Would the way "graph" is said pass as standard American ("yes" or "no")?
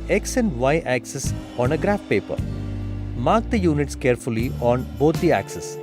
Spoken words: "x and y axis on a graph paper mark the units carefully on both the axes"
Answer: yes